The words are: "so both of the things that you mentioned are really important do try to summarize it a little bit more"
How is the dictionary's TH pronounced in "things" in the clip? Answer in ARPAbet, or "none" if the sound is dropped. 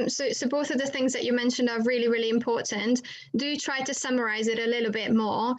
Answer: TH